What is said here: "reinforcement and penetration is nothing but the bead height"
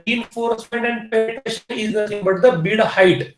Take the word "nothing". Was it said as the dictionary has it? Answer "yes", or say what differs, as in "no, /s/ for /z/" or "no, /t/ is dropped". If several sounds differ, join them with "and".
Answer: no, /s/ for /θ/